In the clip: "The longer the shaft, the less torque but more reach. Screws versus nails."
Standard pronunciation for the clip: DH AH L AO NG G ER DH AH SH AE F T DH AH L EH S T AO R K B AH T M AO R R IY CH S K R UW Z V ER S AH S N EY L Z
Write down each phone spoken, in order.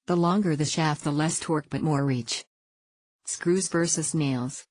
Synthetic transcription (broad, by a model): DH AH L AO NG G ER DH AH SH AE F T DH AH L EH S T AO R K B AH T M AO R R IY CH S K R UW Z V ER S AH S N EY L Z